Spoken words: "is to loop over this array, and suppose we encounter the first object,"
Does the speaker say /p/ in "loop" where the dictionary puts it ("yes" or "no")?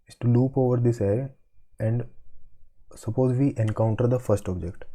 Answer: yes